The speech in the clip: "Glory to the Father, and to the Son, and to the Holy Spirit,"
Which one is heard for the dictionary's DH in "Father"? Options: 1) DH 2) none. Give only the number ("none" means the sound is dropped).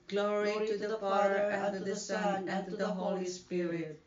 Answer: 2